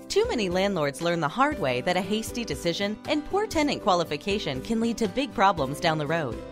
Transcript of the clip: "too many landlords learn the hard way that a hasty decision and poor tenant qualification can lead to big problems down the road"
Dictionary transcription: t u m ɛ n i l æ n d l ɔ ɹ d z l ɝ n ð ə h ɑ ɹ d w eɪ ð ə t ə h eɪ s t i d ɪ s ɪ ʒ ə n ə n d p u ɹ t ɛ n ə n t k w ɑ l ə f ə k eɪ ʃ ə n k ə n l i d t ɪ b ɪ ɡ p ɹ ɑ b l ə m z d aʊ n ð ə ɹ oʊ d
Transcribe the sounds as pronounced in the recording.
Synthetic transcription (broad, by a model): t u m ɛ n i l æ n d l ɔ ɹ d z l ɝ n ð ə h ɑ ɹ d w eɪ ð ə t ə h eɪ s t i d ɪ s ɪ ʒ ə n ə n p u ɹ t ɛ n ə n k w ɑ l ə f ə k eɪ ʃ ə n k ə n l i d t ɪ b ɪ ɡ p ɹ ɑ b l ə m z d aʊ n ð ə ɹ oʊ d